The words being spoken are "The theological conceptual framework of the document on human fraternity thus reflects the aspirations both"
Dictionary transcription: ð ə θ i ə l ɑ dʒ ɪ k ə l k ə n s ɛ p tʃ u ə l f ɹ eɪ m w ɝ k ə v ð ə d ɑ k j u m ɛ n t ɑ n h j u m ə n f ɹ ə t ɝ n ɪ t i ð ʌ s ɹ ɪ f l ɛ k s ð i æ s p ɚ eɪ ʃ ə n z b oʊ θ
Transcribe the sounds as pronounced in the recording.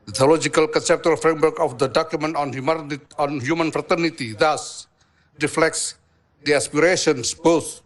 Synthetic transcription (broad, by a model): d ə t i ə l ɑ dʒ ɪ k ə l k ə n s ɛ p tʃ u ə l f ɹ eɪ m w ɝ k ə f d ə d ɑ k j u m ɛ n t ɑ n h j u m ə n f ɹ ə t ɝ n ɪ t i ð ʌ s ɹ ɪ f l ɛ k s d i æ s p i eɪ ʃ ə n s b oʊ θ